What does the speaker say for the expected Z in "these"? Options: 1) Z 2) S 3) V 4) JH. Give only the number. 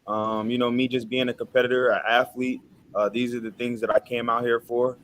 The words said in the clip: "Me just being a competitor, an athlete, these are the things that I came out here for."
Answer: 1